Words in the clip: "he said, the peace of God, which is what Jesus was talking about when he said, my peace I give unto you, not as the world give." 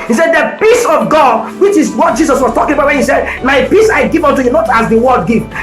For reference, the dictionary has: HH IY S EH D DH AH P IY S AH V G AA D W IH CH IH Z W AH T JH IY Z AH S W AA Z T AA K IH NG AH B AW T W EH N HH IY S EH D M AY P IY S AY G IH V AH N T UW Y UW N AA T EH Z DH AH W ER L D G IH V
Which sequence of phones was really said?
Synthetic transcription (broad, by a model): HH IY S EH D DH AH P IY S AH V G AA D W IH CH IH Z W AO T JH IY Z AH S W AA S T AA K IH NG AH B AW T W EH N HH IY S EH D M AY P IY S AY G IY V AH N T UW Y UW N AA T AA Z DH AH W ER D G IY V